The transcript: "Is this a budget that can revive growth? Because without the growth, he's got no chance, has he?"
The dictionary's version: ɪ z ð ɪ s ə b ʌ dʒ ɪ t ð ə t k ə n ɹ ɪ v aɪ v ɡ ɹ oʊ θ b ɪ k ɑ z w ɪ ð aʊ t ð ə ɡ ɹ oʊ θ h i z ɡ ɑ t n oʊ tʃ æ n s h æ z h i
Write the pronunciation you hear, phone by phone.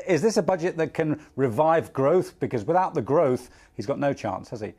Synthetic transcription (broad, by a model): ɪ z ð ɪ s ə b ʌ dʒ ɪ t ð ə t k ə n ɹ ɪ v aɪ v ɡ ɹ oʊ θ b ɪ k ɑ z w ɪ ð aʊ t ð ə ɡ ɹ oʊ θ h i z ɡ ɑ t n oʊ tʃ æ n s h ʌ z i